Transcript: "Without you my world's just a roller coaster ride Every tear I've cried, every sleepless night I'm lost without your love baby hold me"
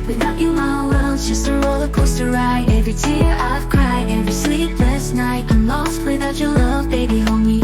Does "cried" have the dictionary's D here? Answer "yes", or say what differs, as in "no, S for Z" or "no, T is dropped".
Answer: no, D is dropped